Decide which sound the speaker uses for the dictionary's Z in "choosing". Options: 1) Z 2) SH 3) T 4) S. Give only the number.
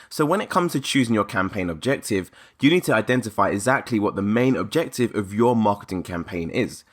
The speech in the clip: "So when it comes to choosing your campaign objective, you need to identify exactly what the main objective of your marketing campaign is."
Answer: 1